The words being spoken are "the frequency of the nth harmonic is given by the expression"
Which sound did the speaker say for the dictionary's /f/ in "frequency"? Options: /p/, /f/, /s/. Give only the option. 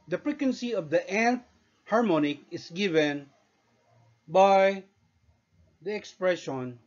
/p/